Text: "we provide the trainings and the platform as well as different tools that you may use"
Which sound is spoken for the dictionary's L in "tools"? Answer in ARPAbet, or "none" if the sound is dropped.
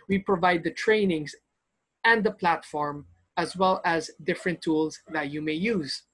L